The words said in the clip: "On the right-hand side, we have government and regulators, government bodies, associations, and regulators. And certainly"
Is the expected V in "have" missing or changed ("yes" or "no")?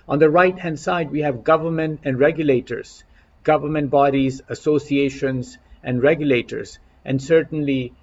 no